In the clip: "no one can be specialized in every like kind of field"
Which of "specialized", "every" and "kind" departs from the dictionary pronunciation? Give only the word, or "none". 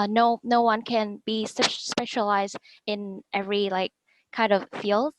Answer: none